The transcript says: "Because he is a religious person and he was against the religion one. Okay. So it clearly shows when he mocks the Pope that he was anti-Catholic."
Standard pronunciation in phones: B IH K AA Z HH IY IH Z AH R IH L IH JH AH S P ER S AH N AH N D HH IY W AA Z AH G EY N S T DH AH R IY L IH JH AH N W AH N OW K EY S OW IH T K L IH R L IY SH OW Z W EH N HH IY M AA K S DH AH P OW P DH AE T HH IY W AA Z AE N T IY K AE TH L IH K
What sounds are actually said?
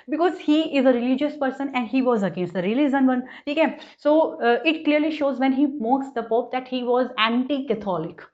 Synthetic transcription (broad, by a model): B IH K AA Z HH IY IH Z AH R IH L IH JH AH S P ER S AH N AH N D HH IY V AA Z AH G EY N S T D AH R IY L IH Z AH N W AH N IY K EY S OW IH T K L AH R L IY SH OW Z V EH N HH IY M AA K S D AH P OW P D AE T HH IY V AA Z AE N T IY K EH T L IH K